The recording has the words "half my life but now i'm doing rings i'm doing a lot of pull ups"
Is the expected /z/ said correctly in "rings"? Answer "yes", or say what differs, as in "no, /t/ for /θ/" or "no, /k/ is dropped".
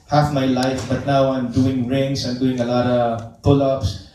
no, /s/ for /z/